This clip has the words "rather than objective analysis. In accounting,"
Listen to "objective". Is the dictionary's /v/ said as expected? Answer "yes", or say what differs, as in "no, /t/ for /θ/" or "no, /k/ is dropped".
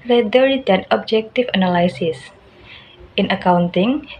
no, /f/ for /v/